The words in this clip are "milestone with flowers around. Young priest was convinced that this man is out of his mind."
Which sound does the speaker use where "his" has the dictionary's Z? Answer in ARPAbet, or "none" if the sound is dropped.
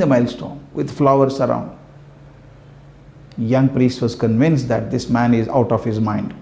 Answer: Z